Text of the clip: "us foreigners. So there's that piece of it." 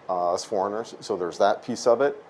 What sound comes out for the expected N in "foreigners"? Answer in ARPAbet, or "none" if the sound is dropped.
N